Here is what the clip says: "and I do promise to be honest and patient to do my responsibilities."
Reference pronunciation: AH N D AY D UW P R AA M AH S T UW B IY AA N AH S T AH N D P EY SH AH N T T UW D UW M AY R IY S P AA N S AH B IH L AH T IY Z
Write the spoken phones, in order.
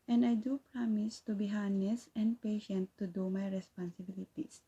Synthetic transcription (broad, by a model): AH N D AY D UW P R AA M AH S T UW B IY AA N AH S AH N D P EY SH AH N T T UW D UW M AY R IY S P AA N S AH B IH L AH T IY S